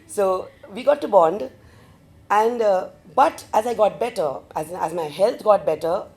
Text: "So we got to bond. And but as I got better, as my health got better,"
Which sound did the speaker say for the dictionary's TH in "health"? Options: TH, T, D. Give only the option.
T